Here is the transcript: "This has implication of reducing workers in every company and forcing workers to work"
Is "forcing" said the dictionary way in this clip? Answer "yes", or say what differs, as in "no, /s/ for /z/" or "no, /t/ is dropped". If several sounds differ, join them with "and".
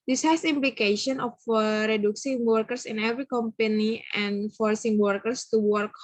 yes